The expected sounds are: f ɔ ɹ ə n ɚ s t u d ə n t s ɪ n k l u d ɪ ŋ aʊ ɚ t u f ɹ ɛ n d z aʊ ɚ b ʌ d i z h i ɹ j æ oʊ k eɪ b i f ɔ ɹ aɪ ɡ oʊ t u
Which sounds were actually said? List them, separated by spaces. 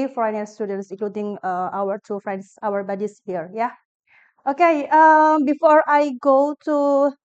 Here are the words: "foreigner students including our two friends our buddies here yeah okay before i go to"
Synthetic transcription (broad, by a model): f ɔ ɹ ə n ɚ s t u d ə n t s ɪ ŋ k l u d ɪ ŋ aʊ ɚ t u f ɹ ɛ n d s aʊ ɚ b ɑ d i s h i ɹ j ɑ oʊ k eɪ b i f ɔ ɹ aɪ ɡ oʊ t u